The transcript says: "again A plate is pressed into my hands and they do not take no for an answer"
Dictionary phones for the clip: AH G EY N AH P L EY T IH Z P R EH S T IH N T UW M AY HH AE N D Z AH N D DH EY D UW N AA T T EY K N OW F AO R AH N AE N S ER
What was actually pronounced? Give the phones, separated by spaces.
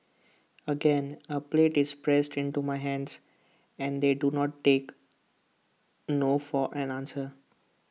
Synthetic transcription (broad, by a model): AH G EY N AH P L EY T IH Z P R EH S T IH N T UW M AY HH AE N D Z AH N D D EY D UW N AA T T EY K N OW F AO R AH N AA N S ER